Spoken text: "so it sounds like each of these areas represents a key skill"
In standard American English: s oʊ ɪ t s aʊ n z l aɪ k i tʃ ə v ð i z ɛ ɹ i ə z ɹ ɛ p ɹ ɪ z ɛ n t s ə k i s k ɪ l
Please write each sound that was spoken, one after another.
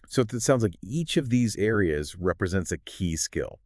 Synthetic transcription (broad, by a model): s oʊ ɪ t s aʊ n z l aɪ k i tʃ ə v ð i z ɛ ɹ i ə z ɹ ɛ p ɹ ɪ z ɛ n t s ə k i s k ɪ l